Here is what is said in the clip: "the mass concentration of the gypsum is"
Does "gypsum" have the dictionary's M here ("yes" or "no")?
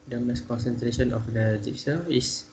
no